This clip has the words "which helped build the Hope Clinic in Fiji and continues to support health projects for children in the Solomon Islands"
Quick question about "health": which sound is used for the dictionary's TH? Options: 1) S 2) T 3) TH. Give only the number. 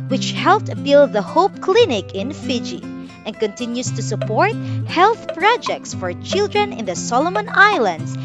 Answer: 3